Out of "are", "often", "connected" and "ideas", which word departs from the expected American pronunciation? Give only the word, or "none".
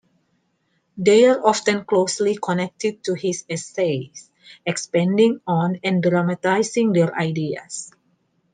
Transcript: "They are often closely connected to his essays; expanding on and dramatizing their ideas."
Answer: ideas